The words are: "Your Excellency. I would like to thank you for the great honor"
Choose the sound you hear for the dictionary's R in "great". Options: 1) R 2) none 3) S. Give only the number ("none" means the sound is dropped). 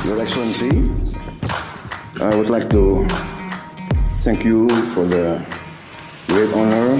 1